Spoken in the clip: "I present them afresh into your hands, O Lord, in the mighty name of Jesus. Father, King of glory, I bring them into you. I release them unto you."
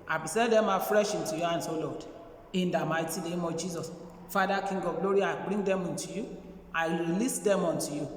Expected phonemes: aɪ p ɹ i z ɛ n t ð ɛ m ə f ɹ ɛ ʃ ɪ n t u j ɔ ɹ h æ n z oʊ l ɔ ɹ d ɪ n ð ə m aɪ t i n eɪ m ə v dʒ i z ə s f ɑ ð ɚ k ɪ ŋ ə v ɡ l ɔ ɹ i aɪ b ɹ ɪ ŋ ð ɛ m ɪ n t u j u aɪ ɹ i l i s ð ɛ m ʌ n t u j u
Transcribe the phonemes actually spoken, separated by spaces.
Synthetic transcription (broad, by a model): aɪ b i s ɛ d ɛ m ə f ɹ ɛ ʃ ɪ n t u j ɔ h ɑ n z oʊ l ɔ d ɪ n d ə m aɪ t i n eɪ m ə dʒ i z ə s f ɑ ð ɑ k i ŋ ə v ɡ l ɔ ɹ i aɪ b ɹ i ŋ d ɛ m ɪ n t u j u aɪ ɹ i l i s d ɛ m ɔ n t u j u